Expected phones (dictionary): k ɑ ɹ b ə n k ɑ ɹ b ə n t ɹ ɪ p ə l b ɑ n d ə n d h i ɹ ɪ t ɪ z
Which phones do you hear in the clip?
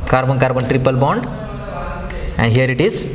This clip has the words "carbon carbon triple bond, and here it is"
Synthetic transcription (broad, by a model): k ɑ ɹ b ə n k ɑ ɹ b ə n t ɹ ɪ p ə l b ɑ n d ə n d h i ɹ ɪ t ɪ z